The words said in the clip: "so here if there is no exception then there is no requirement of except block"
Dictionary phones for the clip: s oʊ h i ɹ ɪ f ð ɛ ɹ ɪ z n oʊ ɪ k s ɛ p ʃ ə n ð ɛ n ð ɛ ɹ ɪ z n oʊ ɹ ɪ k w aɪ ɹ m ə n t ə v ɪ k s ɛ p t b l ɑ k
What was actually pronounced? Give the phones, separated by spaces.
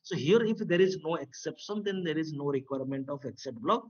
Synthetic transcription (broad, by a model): s oʊ h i ɹ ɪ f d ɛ ɹ ɪ z n oʊ ɪ k s ɛ p ʃ ə n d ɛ n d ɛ ɹ ɪ z n oʊ ɹ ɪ k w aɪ ɹ m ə n t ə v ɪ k s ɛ t b l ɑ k